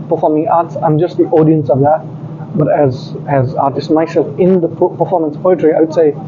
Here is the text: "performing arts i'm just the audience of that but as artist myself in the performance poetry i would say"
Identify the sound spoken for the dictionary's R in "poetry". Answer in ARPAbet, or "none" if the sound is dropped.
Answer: R